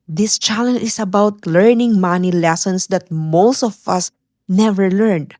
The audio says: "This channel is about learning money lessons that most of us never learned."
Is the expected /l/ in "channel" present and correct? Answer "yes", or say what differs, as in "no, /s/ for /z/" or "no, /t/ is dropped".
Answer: no, /n/ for /l/